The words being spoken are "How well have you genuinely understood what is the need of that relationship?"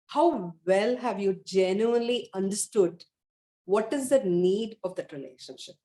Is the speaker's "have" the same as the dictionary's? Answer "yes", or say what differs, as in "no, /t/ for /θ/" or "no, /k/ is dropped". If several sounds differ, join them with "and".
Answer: yes